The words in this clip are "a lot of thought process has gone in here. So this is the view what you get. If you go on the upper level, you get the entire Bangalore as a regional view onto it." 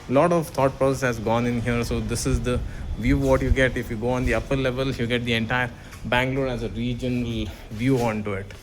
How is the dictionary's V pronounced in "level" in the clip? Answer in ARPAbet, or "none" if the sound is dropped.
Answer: V